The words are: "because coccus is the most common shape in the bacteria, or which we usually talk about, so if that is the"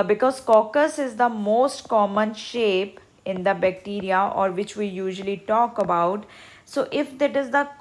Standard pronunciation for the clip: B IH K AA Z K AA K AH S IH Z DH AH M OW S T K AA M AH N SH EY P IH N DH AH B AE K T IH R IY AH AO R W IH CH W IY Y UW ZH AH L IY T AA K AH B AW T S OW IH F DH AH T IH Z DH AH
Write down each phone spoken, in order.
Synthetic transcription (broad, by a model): B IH K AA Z K AA K AH S IH Z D AH M OW S T K AA M AH N SH EY P IH N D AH B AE K T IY R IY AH AO R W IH CH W IY Y UW ZH AH L IY T AA K AH B AW T S OW IH F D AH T IH Z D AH